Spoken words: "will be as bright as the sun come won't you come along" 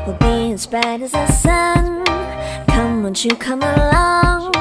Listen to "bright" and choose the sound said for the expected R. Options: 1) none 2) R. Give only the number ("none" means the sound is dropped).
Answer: 1